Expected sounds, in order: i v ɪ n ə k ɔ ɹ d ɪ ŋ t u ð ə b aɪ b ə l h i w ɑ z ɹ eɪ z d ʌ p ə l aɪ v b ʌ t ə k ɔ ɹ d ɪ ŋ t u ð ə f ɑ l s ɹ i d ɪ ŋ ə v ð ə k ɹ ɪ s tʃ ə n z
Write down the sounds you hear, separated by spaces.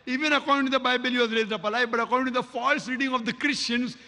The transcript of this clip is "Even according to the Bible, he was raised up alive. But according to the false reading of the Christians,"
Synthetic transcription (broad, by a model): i v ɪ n ə k ɔ ɹ d ɪ ŋ t u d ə b aɪ b ə l h i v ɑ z ɹ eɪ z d ʌ p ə l aɪ b ʌ t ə k ɔ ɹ d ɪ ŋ t u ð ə f ɑ l s ɹ i d ɪ ŋ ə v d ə k ɹ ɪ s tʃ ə n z